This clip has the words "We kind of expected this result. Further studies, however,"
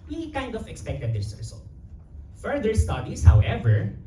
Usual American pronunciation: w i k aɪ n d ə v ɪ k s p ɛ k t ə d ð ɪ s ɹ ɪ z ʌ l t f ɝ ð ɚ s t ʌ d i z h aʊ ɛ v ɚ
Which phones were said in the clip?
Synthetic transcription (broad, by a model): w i k aɪ n d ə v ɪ k s p ɛ k t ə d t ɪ s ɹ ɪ s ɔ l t f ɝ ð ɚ s t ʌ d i s h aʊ ɛ v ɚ